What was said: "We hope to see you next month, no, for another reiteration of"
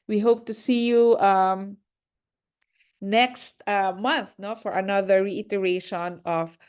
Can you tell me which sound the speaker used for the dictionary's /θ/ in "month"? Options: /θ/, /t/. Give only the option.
/θ/